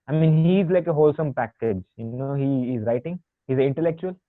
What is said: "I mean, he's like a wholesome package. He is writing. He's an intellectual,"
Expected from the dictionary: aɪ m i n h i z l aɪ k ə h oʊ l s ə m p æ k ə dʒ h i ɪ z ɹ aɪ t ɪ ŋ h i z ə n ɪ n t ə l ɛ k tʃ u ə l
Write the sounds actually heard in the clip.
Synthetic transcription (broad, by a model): aɪ m i n h i z l aɪ k ə h oʊ l s ə m p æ k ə dʒ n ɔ ɪ z ɹ aɪ t ɪ ŋ h i z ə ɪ n t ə l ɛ k tʃ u ə l